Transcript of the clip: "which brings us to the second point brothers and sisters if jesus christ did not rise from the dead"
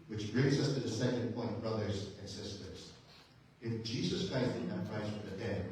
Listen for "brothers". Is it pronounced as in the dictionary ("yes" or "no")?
yes